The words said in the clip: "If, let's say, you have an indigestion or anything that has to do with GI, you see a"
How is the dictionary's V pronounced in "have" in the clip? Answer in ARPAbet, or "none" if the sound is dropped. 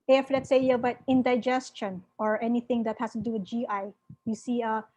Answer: B